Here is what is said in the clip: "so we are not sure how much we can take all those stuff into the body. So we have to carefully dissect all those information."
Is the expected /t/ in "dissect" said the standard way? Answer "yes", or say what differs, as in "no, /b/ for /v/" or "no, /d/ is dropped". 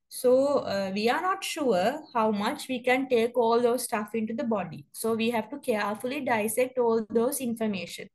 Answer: yes